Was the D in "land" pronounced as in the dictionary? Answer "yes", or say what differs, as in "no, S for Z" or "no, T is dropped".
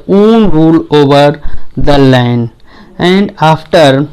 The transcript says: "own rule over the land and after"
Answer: no, D is dropped